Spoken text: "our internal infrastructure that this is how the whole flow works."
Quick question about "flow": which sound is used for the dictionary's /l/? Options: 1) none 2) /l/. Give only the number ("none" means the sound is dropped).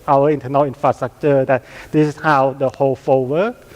1